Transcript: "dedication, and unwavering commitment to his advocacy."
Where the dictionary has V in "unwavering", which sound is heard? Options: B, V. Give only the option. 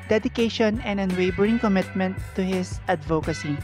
B